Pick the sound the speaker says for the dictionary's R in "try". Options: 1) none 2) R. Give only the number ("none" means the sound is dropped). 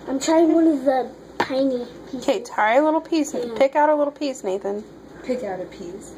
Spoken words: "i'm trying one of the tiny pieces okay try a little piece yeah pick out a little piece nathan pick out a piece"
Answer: 1